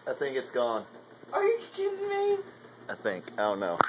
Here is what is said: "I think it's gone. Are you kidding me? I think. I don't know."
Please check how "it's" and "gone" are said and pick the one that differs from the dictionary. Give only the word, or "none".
none